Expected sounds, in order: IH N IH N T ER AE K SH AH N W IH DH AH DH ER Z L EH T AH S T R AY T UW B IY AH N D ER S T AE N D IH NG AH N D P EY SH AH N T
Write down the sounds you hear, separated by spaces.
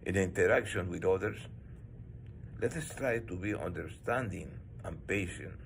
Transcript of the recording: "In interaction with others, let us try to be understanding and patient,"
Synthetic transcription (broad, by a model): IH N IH N T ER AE K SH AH N W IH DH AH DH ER S L EH T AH S T R AY T UW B IY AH N D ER S T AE N D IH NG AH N P EY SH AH N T